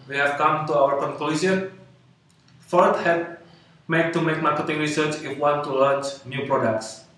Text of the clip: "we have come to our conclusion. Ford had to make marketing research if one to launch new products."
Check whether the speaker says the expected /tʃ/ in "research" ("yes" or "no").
yes